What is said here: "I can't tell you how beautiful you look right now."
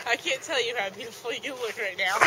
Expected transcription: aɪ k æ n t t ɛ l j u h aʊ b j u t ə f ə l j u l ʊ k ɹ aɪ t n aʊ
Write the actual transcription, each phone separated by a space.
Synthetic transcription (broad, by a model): aɪ k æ n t t ɛ l j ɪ h aʊ b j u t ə f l j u w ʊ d ɹ aɪ t n aʊ